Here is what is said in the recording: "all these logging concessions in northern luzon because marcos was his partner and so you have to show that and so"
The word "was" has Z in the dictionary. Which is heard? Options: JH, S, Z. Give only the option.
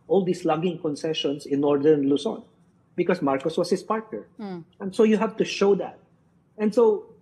S